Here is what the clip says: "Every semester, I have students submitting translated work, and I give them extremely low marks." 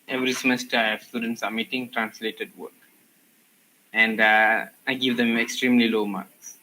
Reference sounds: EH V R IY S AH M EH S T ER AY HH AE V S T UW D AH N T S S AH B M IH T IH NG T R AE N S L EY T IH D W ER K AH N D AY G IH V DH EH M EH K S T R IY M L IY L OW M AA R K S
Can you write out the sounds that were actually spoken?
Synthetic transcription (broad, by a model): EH V R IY S AH M EH S T ER AY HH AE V S T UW D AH N T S S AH M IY T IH NG T R AE N S L EY T IH D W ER K AH N D AY G IH V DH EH M EH K S T R IY M L IY L OW M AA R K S